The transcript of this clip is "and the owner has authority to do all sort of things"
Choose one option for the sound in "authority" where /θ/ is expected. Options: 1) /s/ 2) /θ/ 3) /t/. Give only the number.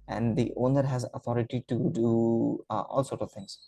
3